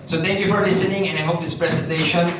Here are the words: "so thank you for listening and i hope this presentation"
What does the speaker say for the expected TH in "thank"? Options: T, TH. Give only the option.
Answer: T